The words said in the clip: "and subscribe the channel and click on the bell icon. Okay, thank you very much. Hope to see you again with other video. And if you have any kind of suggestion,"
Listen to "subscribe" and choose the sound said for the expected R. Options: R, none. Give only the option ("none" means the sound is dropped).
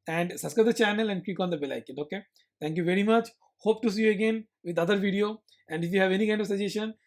none